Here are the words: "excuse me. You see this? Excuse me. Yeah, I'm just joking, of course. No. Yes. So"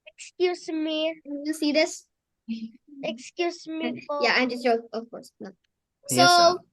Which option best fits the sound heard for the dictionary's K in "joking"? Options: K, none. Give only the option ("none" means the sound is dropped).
none